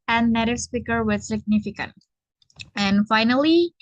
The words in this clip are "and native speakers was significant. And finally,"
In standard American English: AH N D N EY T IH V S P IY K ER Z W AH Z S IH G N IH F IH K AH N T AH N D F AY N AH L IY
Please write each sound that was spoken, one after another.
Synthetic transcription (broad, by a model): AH N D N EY T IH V S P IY K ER W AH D S IH G N IH F IH K AH N T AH N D F AY N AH L IY